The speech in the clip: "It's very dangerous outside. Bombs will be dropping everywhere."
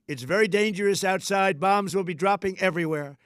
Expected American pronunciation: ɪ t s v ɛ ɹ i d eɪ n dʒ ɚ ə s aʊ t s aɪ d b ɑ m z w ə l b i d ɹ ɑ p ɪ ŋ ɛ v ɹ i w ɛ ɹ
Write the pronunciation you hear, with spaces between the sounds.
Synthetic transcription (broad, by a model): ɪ t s v ɛ ɹ i d eɪ n dʒ ɚ ə s aʊ t s aɪ d b ɑ m z w ə l b i d ɹ ɑ p ɪ ŋ ɛ v ɹ i w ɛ ɹ